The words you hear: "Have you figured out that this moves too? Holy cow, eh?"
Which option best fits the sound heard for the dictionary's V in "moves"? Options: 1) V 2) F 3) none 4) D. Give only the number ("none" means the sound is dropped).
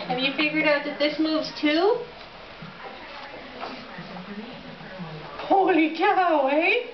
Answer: 1